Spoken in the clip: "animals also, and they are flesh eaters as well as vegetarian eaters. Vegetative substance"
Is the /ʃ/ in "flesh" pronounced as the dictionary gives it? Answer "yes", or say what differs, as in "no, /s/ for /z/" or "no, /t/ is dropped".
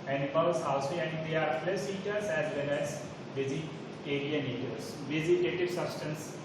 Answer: no, /s/ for /ʃ/